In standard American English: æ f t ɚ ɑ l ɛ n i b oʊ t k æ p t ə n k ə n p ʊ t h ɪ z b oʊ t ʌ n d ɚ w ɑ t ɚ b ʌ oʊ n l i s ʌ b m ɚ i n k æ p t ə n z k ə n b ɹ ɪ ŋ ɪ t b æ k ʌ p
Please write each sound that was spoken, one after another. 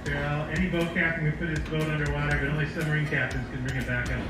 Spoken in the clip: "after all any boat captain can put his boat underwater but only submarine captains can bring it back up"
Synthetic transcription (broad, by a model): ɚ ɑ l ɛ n i b oʊ t k æ p t ə n k ə n p ʊ t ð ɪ s b oʊ t ʌ n d ɚ w ɑ t ɚ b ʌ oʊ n l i s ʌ m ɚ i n k æ p t ə n z k ə n b ɹ ɪ ŋ ɪ t b æ k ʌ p